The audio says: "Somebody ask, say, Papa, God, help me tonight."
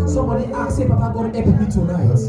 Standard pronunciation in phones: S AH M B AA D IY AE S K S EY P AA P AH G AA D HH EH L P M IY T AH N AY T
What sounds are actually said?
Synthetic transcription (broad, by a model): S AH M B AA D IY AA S S EY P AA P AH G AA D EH P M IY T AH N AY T